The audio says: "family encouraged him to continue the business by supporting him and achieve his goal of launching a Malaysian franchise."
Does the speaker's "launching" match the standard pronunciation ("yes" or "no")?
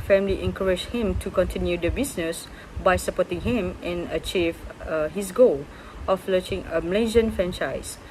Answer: no